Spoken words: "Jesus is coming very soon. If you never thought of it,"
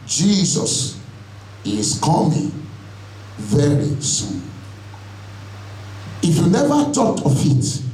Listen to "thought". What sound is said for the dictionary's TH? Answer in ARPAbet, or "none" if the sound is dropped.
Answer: T